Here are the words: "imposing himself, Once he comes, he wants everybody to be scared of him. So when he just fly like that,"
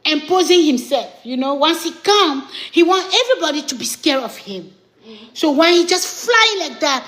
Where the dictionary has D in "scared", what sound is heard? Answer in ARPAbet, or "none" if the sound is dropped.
none